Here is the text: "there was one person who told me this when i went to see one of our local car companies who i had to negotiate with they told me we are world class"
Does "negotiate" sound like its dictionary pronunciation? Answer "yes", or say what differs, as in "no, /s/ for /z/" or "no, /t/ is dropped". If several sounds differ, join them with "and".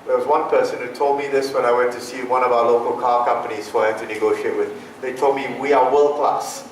yes